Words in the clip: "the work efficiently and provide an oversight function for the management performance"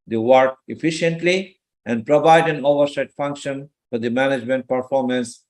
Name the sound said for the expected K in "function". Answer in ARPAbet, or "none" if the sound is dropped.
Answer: K